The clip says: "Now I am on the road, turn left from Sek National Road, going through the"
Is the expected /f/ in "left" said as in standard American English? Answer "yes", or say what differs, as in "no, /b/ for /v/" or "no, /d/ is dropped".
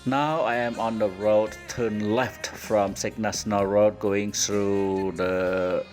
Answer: yes